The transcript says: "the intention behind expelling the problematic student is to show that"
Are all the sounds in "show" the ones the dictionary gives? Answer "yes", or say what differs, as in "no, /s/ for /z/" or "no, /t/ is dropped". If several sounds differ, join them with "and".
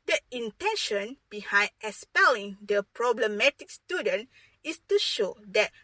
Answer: yes